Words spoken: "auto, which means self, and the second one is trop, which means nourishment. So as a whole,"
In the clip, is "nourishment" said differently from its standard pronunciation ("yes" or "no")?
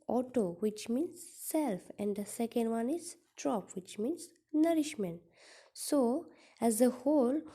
no